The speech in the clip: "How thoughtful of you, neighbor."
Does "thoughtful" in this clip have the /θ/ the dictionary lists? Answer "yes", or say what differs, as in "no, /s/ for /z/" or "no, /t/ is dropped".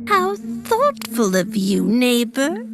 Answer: yes